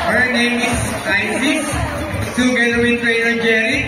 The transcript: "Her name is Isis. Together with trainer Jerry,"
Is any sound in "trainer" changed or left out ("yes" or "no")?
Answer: yes